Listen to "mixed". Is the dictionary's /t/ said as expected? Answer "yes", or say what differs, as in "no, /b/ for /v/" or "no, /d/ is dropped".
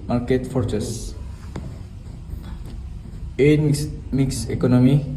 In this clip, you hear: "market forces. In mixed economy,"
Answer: no, /t/ is dropped